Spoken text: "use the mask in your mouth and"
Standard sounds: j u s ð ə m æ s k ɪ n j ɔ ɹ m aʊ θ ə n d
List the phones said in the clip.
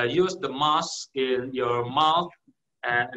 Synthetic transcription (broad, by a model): j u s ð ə m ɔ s ɪ n j ɔ ɹ m aʊ θ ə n